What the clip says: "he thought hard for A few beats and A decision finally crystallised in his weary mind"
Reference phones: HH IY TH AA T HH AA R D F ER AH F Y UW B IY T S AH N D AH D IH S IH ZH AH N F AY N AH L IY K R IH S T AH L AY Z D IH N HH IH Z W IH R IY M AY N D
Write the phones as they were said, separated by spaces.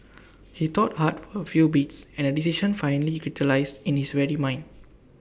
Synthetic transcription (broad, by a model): HH IY T AA T HH AA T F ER AH F Y UW B IY T S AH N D AH D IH S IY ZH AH N F AY N AH L IY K R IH T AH L AY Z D IH N HH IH S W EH R IY M AY N D